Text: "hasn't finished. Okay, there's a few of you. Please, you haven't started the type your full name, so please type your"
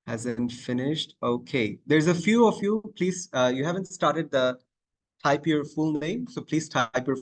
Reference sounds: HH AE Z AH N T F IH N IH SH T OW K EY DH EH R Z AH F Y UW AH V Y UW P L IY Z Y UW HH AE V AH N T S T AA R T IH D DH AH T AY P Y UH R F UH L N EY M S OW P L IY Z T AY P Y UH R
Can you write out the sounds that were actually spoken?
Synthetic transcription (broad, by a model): HH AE Z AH N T F IH N IH SH T OW K EY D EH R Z AH F Y UW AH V Y UW P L IY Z Y UW HH AE V AH N T S T AA R T IH D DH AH T AY P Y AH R F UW L N EY M S OW P L IY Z T AY P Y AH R